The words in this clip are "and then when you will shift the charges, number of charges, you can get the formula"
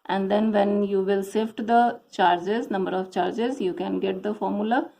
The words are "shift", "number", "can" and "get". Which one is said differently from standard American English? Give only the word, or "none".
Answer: shift